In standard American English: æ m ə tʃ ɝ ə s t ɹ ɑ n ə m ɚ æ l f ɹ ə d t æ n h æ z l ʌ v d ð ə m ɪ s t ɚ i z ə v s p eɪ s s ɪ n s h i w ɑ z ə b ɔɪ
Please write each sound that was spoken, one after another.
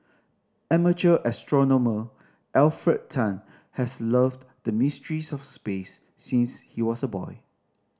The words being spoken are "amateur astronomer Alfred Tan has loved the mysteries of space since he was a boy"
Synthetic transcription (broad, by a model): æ m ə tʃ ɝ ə s t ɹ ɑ n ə m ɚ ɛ l f ɹ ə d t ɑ n h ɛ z l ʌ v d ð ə m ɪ s t ɚ i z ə f s p eɪ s s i n s h i w ɑ s ə b ɔɪ